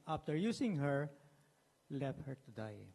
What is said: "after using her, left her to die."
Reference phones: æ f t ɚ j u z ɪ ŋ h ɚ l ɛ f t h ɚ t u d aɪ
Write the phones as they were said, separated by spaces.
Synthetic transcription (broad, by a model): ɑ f t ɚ j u s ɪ ŋ h ɚ l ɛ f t h ɚ t u d aɪ